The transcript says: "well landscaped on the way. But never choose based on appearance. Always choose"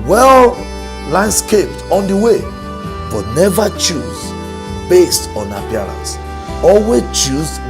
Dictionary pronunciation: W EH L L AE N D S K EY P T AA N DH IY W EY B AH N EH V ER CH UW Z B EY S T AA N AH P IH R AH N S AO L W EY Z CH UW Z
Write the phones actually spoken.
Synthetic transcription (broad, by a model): W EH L L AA N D S K EY P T AA N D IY W EY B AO N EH V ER CH UW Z B EY S T AA N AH P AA R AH N S AO L W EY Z CH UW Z